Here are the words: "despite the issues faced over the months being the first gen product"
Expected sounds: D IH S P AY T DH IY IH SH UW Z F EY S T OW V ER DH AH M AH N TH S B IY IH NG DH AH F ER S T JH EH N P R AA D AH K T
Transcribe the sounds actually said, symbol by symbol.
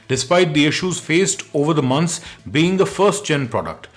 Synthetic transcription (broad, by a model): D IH S P AY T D IY IH SH UW Z F EY S T OW V ER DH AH M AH N S B IY IH NG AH F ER S T CH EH N P R AA D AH K T